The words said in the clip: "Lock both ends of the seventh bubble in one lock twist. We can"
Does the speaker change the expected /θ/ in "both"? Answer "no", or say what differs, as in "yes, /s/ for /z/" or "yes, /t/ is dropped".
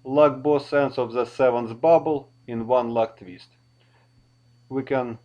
yes, /s/ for /θ/